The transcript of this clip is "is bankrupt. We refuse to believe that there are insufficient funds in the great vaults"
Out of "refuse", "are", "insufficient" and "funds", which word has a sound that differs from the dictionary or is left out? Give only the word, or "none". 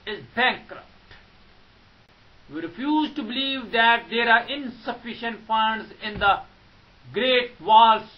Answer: none